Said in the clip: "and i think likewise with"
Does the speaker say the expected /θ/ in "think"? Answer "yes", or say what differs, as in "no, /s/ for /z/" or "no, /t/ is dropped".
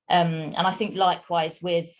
yes